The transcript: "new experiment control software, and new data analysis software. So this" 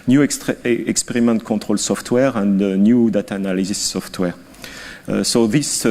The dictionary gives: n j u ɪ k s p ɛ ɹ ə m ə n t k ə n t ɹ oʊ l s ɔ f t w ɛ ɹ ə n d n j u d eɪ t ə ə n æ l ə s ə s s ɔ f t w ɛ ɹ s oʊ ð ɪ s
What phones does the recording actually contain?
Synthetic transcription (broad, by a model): n j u ɪ k s p ɛ ɹ ə m ə n t k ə t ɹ oʊ l s ɔ f t w ɛ ɹ ə n d n j u d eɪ t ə n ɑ l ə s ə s s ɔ f t w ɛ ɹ s oʊ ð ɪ s